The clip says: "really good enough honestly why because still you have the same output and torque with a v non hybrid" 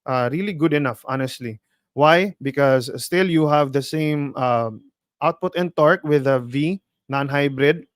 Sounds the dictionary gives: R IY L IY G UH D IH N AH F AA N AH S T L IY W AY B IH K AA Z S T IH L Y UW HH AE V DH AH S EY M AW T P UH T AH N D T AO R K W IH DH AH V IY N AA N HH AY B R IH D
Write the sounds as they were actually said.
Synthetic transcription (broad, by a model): R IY L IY G UH D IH N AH F AA N AH S T L IY W AY B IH K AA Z S T IH L Y UW HH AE V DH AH S EY M AW T P UH T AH N T AO R K W IH DH AH V IY N AA N HH AY B R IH D